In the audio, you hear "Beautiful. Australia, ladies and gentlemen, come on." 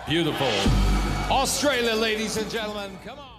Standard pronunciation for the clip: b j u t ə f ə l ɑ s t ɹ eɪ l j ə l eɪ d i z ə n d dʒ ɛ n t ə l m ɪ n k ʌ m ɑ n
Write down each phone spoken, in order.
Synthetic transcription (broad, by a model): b j u t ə f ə l ɑ s t ɹ eɪ l j ə l eɪ d i z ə n dʒ ɛ n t l m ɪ n k ʌ m